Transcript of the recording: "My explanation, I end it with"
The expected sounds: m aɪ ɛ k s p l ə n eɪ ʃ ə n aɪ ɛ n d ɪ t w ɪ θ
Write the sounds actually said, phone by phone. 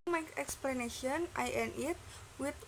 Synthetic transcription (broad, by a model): m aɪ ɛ k s p l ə n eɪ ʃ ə n aɪ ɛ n ɪ t w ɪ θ